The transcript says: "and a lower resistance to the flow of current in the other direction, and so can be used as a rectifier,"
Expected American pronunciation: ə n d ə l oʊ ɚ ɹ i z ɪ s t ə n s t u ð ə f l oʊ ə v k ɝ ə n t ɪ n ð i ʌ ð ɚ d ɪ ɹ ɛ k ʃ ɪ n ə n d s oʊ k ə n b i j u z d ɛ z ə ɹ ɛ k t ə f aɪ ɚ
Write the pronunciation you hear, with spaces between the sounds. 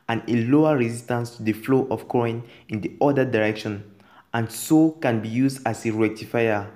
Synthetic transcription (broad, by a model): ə n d ə l oʊ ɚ ɹ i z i s t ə n s t u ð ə f l oʊ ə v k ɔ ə n ɪ n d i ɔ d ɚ d ɪ ɹ ɛ k ʃ ɪ n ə n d s oʊ k ə n b i j u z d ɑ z ə ɹ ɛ k t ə f aɪ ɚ